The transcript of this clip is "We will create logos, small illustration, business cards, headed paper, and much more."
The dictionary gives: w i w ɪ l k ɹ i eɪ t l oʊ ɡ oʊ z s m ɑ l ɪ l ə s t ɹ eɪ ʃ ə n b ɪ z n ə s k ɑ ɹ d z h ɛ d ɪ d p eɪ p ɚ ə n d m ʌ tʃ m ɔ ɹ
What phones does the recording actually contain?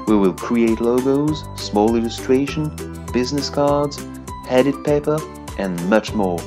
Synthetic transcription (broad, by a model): w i w ɪ l k ɹ i eɪ t l oʊ ɡ oʊ z s m ɑ l ɪ l ə s t ɹ eɪ ʃ ə n b ɪ z n ə s k ɑ ɹ d z h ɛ d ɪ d p eɪ p ɚ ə n m ʌ tʃ m ɔ ɹ